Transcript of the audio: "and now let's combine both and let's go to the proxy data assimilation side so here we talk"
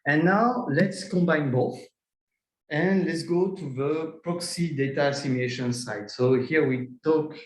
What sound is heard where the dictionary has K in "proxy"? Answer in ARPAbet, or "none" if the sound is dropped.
K